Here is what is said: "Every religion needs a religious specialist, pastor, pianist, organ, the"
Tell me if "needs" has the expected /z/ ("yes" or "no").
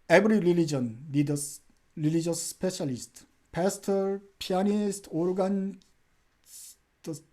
no